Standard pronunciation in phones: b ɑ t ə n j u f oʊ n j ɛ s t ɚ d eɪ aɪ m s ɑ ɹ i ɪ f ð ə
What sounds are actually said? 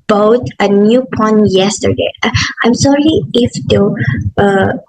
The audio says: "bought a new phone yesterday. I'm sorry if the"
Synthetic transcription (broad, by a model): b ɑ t ə n j u p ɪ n j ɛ s t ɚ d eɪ aɪ m s ɑ ɹ i ɪ f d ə